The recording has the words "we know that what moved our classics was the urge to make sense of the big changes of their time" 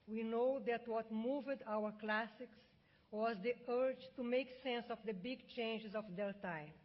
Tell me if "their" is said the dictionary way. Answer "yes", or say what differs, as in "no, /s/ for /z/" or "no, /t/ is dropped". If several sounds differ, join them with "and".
no, /l/ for /ɹ/